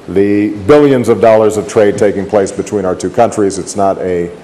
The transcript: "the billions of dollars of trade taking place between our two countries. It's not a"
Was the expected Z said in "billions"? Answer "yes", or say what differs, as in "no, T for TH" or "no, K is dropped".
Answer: yes